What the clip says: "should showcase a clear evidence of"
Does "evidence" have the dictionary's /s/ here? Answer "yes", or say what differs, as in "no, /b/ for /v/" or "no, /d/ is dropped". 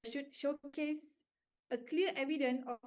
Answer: no, /s/ is dropped